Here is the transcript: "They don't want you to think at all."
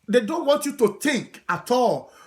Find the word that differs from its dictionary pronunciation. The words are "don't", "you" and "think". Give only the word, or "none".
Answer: think